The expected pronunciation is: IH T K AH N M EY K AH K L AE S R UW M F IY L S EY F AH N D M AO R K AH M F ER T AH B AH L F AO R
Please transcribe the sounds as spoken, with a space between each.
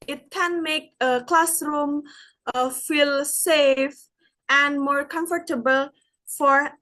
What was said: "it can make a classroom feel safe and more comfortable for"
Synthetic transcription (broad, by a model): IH T K AH N M EY K AH K L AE S R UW M F IY L S EY F AH N D M AO R K AH M F ER T AH B AH L F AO R